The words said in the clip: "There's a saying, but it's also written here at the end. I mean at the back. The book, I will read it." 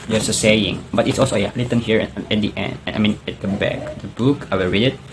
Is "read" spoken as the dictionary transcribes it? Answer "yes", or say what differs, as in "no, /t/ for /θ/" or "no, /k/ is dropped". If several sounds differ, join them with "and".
yes